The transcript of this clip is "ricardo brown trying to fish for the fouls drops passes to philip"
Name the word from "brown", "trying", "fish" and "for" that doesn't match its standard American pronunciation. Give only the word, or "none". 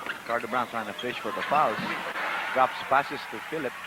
trying